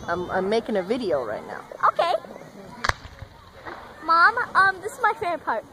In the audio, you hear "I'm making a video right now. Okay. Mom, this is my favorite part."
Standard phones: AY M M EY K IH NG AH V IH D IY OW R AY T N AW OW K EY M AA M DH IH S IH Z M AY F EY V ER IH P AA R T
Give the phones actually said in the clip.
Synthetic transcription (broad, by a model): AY M M EY K IH NG AH V IH D IY OW R AY T N AW OW K EY M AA M DH IH S IH Z M AY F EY P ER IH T